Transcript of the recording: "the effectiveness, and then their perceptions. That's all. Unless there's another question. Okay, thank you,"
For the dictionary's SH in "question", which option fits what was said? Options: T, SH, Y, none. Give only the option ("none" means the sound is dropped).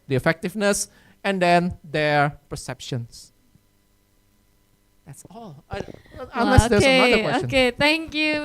none